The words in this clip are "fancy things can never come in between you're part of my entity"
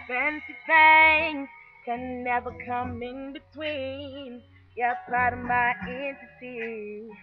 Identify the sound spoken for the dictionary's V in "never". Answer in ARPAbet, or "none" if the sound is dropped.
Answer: V